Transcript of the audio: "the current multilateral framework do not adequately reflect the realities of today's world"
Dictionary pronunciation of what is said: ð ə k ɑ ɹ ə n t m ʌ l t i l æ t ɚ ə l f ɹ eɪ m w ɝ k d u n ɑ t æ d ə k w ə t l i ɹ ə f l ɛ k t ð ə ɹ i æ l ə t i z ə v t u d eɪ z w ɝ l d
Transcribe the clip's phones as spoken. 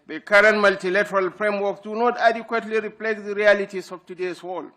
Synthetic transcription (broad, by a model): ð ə k ɑ ɹ ə n t m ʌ l t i l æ t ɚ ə l f ɹ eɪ m w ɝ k d u n ɑ t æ d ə k w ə t l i ɹ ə p l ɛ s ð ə ɹ i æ l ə t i s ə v t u d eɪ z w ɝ l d